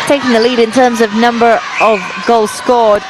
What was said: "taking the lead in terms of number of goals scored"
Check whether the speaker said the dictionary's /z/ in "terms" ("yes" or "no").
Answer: yes